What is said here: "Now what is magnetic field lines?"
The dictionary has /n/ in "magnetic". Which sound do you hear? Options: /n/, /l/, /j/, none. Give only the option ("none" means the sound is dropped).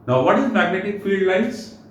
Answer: /n/